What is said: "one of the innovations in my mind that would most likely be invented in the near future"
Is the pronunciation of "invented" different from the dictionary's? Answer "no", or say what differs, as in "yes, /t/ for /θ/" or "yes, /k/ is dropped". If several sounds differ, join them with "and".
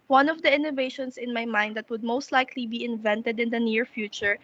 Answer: no